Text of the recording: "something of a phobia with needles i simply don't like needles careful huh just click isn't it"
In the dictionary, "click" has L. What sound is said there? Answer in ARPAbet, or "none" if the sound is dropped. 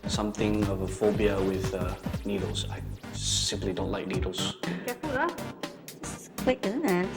W